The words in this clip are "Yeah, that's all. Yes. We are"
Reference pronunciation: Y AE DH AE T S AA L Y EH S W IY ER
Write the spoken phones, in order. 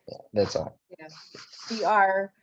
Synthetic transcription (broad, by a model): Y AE DH AE T S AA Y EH W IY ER